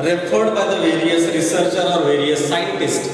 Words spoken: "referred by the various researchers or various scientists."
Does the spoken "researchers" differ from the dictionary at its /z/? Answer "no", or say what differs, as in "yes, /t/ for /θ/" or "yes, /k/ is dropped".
yes, /z/ is dropped